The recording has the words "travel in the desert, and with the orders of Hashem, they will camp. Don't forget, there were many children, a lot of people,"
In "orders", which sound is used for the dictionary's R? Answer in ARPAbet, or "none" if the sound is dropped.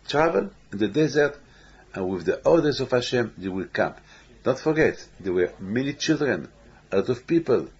L